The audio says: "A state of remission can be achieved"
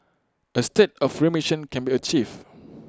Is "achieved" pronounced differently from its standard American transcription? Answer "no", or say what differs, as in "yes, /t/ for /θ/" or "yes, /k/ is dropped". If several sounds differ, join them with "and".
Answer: yes, /d/ is dropped